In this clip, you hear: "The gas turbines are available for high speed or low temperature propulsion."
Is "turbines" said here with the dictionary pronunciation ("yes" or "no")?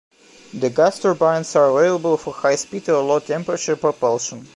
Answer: no